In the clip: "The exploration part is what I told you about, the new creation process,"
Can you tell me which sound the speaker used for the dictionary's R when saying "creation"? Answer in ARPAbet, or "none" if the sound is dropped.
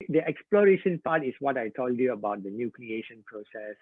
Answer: L